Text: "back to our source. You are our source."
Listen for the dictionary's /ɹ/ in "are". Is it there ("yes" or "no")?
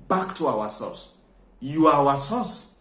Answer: no